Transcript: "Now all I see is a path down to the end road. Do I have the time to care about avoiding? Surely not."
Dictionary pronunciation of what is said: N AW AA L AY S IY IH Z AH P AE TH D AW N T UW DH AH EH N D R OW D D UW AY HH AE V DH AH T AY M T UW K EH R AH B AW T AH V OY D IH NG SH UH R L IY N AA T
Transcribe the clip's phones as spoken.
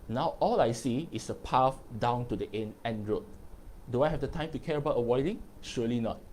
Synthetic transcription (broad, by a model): N AW AA L AY S IY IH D AH P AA F D AW N T UW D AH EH N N R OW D D UW AY HH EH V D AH T AY M T UW K EH R AH B AW T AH W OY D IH NG SH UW L IY N AA T